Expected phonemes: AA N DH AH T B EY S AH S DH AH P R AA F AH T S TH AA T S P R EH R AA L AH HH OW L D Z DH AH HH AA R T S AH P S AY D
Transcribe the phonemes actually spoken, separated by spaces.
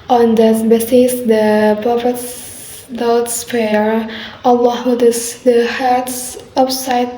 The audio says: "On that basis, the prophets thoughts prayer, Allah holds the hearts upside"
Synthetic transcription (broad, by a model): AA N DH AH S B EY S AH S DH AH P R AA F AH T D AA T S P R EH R AA L AH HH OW D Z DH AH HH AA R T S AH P S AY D